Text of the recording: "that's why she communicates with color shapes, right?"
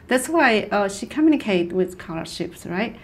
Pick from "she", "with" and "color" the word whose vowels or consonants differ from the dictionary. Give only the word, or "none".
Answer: none